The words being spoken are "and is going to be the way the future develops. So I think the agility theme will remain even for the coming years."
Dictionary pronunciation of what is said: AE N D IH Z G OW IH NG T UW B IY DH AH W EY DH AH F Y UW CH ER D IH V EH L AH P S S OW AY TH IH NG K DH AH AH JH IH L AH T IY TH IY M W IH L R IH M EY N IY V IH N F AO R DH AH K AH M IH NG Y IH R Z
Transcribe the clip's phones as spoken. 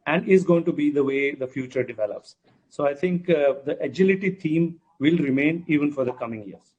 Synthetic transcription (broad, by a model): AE N D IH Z G OW IH NG T UW B IY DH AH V EY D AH F Y UW CH ER D IH V EH L AH P S S OW AY T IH NG K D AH AH JH IH L AH T IY T IY M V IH L R IH M EY N IY V IH N F AO R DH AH K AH M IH NG Y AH R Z